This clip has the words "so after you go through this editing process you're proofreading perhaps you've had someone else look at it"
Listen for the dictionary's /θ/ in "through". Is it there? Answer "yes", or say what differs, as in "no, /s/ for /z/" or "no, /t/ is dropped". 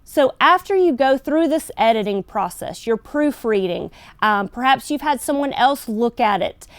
yes